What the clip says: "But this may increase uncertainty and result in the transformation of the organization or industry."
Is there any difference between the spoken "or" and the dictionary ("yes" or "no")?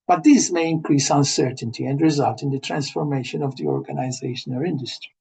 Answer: yes